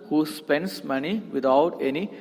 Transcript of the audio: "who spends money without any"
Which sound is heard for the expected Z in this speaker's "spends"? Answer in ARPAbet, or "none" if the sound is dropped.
S